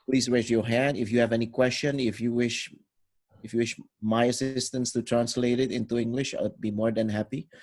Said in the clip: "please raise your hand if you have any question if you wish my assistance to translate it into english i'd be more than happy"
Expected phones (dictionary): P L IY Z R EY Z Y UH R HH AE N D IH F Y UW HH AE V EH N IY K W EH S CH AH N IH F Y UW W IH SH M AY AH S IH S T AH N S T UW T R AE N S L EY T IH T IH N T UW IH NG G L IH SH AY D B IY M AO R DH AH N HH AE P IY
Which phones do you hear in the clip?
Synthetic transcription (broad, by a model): P L IY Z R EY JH Y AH R HH AE N D IH F Y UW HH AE V EH N IY K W EH S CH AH N IH F Y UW W IH SH M AY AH S IH S T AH N S T UW T R AE N S L EY T IH T IH N T UW IH NG G L IH SH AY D B IY M AO R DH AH N HH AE P IY